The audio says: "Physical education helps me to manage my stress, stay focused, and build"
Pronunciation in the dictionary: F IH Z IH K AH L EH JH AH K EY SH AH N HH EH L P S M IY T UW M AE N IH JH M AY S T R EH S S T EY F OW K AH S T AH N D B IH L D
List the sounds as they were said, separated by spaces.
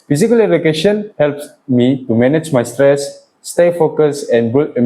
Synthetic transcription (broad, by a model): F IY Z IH K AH L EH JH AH K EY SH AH N HH EH L P S M IY T UW M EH N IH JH M AY S T R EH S S T EY F OW K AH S AH N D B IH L